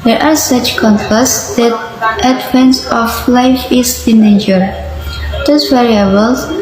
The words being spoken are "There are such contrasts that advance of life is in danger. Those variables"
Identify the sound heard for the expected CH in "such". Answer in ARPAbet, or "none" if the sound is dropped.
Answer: CH